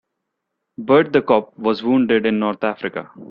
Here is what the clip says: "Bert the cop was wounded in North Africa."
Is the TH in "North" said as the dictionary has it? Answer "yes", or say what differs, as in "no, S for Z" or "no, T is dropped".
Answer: no, T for TH